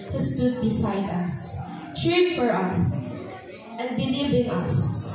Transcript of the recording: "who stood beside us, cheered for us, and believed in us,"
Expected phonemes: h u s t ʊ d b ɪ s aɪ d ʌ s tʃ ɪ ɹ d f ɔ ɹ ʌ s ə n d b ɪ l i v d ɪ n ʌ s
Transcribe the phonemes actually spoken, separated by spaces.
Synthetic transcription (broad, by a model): h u s t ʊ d b ɪ s aɪ d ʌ s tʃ ɹ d f ɔ ɹ ʌ s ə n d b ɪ l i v ɪ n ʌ s